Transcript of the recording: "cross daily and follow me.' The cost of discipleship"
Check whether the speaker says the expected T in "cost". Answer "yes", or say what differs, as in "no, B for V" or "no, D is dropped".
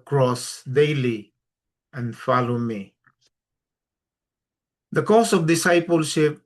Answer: no, T is dropped